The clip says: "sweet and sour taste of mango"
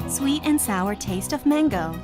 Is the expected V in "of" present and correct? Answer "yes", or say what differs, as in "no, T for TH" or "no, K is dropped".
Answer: yes